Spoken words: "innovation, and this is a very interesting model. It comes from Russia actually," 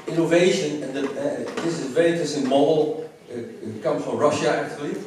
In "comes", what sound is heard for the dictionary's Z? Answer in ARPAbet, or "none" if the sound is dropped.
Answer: none